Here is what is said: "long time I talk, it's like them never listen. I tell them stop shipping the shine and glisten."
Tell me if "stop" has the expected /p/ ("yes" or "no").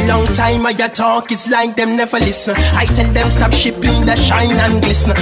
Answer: no